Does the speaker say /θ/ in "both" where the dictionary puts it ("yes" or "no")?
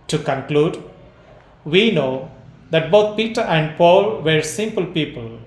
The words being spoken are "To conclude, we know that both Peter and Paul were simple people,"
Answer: no